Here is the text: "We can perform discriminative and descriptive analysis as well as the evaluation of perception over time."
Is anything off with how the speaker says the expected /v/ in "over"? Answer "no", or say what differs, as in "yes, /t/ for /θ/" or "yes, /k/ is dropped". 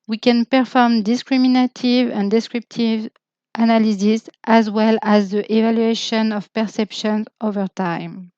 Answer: no